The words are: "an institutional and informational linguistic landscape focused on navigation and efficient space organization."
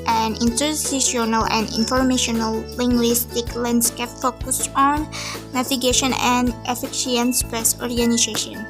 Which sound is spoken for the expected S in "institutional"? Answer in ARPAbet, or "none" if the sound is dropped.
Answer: none